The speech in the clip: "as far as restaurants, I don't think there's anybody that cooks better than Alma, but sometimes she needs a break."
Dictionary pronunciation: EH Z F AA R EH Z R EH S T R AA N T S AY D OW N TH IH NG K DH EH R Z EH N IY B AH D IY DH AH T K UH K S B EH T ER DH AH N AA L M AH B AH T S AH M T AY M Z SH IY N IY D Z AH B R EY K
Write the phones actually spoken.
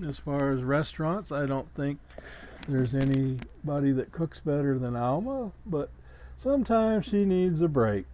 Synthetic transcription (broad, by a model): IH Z F AA R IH Z R EH S T R AA N T S AY D OW N TH IH NG K DH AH R Z EH N IY B AH D IY DH AH T K UH K S B EH T ER DH AH N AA L M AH B AH T S AH M T AY M Z SH IY N IY D Z AH B R EY K